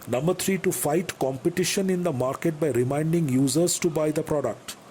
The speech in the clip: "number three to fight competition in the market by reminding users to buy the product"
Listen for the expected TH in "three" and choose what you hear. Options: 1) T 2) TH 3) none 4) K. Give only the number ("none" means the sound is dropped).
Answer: 1